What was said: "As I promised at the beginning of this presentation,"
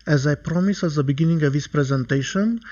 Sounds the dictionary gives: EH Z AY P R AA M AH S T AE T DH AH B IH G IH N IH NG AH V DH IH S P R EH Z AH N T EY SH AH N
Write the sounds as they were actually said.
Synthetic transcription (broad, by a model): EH Z AY P R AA M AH S AE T DH AH B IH G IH N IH NG AH V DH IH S P R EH Z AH N T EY SH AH N